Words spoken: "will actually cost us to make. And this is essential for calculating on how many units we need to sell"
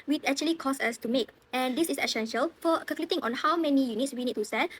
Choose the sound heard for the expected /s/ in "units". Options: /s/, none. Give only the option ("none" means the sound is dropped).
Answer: /s/